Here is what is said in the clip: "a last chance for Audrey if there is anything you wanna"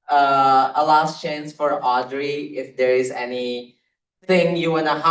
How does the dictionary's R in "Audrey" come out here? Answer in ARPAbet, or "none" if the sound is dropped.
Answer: R